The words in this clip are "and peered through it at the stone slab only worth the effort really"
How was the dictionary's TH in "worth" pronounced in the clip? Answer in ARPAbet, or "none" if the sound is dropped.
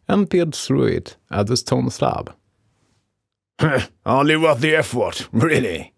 T